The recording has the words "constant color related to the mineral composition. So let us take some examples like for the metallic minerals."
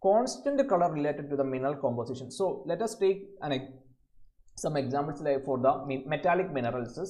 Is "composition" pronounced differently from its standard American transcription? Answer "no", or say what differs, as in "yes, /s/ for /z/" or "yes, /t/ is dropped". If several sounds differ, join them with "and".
yes, /s/ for /z/